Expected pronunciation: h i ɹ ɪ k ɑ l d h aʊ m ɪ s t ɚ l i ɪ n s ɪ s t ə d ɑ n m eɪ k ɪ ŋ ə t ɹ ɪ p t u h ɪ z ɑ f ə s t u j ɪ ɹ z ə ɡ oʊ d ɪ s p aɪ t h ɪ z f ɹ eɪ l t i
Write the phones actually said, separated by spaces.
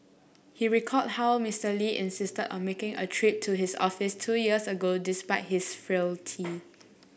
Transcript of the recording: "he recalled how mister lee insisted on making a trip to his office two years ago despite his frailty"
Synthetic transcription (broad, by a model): h i ɹ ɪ k ɑ d h aʊ m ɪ s t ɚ l i ɪ n s ɪ s t ə d ɑ n m eɪ k ɪ ŋ ə t ɹ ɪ p t u h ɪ s ɑ f ə s t u j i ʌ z ə ɡ oʊ d ɪ s p aɪ t h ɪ s f ɹ eɪ l t i